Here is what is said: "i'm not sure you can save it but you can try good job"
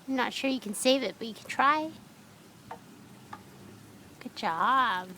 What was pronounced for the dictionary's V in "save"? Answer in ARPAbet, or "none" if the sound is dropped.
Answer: V